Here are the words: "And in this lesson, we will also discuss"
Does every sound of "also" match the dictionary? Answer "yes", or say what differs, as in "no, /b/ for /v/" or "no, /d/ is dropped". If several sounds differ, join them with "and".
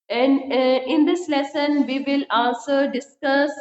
no, /n/ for /l/